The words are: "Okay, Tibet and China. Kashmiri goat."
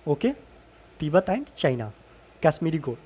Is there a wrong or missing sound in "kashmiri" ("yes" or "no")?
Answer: yes